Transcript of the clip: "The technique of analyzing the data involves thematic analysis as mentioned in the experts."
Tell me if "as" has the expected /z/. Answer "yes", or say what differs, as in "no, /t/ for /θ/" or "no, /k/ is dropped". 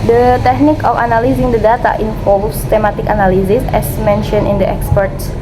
no, /s/ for /z/